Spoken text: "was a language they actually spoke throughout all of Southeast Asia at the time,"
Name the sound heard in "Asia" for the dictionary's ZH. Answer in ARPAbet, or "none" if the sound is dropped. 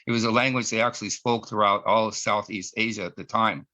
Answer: ZH